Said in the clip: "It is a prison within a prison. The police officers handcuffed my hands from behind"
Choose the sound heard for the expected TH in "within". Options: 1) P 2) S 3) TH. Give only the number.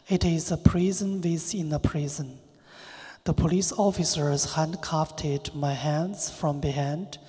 2